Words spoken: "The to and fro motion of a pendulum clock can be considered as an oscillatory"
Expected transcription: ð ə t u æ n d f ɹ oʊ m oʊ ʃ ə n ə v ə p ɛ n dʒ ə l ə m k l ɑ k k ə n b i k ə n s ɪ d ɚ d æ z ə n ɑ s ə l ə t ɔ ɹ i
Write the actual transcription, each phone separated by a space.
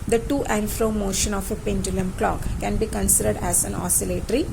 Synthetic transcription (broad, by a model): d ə t u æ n f ɹ oʊ m oʊ ʃ ə n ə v ə p ɛ n dʒ ə l ə m k l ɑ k k ə n b i k ə n s ɪ d ɚ d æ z ə n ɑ s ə l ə t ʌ ɹ i